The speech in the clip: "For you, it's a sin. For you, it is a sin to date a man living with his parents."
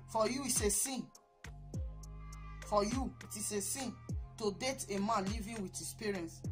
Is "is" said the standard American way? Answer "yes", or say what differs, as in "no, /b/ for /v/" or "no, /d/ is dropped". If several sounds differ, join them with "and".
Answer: no, /s/ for /z/